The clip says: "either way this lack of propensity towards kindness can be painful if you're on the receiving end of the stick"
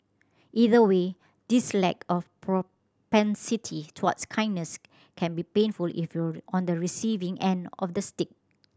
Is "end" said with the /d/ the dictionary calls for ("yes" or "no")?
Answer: yes